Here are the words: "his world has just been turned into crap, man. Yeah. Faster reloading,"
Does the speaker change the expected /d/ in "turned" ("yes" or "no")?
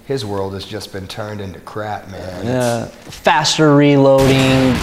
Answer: no